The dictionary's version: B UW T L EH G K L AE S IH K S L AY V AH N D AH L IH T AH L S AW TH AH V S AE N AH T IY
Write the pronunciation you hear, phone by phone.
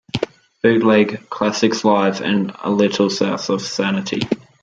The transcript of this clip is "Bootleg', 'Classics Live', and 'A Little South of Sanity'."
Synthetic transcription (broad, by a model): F UW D L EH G K L AE S IH K S L AY V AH N AH L IH T AH L S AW S AH V S AE N AH T IY